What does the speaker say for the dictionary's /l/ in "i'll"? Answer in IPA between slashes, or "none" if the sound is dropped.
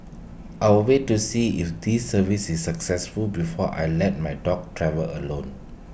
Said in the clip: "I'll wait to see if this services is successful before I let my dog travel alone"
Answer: /w/